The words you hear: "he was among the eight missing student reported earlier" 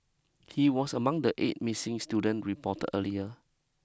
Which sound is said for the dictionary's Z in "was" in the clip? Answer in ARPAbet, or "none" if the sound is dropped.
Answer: S